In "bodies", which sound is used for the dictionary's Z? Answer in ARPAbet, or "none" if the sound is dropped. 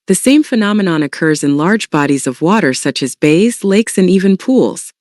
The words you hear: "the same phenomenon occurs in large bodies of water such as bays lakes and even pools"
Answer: Z